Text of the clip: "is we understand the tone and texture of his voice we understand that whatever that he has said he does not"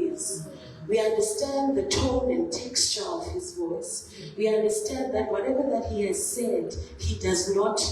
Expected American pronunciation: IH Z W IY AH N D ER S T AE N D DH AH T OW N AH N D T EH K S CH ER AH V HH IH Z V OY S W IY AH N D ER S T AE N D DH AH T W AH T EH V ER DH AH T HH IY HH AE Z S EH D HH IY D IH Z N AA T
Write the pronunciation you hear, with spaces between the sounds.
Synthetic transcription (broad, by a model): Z W IY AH N D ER S T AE N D DH AH T OW N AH N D T EH K S CH ER AH V HH IH Z V OY S W IY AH N D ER S T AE N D DH AH T W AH T EH V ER DH AH T HH IY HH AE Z S EH D HH IY D IH Z N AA T